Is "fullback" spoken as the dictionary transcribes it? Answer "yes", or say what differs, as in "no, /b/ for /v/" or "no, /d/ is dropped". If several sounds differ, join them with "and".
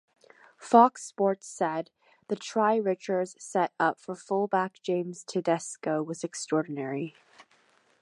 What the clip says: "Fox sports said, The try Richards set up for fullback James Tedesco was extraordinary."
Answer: yes